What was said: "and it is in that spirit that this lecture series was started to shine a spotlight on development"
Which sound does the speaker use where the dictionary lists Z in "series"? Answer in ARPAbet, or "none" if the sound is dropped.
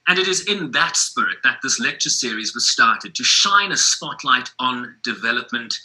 Z